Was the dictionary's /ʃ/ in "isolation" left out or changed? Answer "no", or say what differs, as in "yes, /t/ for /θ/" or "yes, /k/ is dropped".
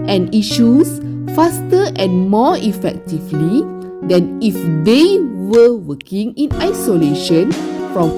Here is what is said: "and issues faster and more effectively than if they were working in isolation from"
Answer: no